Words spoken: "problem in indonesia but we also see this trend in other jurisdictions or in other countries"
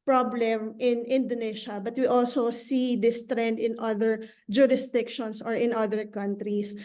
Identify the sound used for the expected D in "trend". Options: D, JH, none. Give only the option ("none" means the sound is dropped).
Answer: D